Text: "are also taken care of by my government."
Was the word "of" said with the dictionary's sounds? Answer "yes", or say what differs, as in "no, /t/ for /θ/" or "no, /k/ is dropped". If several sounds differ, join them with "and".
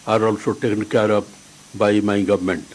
no, /p/ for /v/